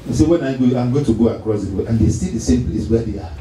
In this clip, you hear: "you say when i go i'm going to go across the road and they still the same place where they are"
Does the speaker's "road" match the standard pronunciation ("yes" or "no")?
no